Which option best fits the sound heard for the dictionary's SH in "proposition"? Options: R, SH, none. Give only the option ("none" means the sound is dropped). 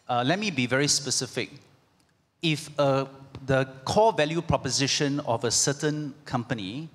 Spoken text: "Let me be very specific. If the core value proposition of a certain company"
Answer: SH